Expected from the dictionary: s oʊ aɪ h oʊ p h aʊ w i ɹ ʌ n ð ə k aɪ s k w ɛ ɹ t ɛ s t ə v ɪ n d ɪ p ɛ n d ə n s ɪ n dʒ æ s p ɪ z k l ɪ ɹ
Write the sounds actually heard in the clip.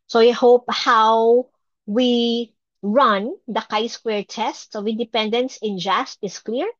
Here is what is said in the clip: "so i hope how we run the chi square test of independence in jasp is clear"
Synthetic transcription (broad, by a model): s oʊ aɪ h oʊ p h aʊ w i ɹ ʌ n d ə k aɪ s k w ɛ ɹ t ɛ s t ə w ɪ d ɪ p ɛ n d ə n s ɪ n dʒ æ s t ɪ s k l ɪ ɹ